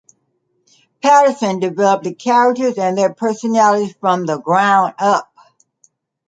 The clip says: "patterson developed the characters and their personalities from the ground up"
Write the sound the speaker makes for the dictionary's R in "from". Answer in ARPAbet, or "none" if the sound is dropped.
R